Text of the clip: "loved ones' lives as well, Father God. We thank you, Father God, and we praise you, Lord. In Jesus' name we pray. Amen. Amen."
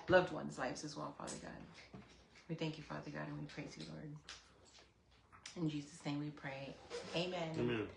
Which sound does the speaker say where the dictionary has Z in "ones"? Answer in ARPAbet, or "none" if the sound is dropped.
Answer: Z